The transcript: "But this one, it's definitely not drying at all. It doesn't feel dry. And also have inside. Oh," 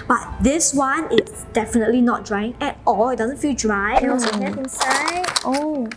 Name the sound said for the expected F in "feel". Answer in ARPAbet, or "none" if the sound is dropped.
F